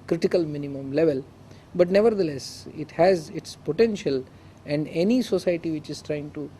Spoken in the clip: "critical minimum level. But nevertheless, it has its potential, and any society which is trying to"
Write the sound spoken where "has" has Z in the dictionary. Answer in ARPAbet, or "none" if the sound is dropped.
Z